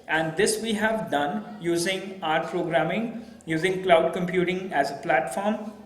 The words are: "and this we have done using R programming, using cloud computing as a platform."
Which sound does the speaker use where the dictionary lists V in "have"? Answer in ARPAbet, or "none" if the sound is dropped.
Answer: V